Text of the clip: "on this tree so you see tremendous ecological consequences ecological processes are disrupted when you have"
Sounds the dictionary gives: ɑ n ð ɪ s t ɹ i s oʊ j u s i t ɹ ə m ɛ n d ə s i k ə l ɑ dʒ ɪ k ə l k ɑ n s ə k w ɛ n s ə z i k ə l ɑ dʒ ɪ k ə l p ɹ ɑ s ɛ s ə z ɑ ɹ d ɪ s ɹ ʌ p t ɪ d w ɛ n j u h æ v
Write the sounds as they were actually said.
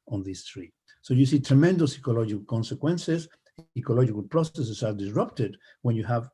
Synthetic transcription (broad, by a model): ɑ n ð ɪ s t ɹ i s oʊ j u s i t ɹ ə m ɛ n d ə s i k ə l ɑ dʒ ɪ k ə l k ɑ n s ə k w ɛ n s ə s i k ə l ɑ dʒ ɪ k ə l p ɹ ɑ s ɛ s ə s ɑ ɹ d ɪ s ɹ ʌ p t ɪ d w ɛ n j u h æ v